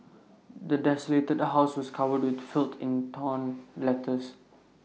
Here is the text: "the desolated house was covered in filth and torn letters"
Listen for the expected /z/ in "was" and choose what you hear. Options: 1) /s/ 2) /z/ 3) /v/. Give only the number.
1